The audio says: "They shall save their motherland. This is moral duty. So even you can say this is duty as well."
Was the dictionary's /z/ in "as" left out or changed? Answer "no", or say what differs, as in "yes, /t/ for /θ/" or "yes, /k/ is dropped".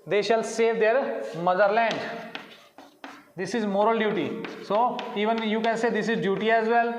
no